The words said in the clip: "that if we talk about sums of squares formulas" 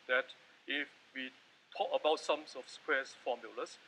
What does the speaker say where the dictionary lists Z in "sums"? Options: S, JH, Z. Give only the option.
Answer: S